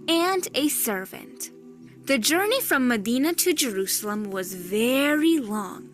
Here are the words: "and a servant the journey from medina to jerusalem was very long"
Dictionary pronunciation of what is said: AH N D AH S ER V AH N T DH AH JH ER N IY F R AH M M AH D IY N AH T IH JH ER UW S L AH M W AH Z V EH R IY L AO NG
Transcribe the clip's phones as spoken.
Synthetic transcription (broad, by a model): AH N D AH S ER V AH N T DH AH JH ER N IY F R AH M M AH D IY N AH T IH JH ER UW S L AH M W AH Z V EH R IY L AO NG